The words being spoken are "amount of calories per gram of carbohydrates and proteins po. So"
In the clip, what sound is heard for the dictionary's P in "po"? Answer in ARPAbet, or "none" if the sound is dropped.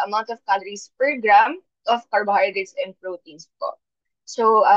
P